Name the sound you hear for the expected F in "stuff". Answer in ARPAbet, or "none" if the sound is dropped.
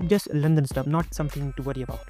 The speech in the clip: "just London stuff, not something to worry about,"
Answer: P